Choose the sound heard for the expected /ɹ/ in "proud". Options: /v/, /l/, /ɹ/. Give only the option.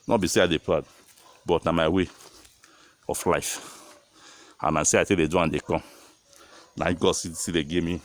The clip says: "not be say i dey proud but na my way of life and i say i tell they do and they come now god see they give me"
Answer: /l/